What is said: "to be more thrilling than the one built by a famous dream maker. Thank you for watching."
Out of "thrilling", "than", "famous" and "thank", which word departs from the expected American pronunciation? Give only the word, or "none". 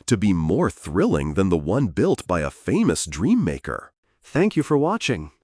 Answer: none